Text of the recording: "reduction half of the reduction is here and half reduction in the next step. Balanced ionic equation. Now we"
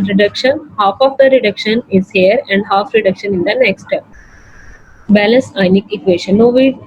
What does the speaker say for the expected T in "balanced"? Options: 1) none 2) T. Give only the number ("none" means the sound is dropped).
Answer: 1